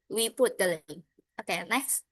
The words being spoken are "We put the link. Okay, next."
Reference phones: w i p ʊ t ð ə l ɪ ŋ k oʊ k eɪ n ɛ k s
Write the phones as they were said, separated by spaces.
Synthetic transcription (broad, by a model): w i p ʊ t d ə l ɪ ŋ oʊ k eɪ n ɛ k s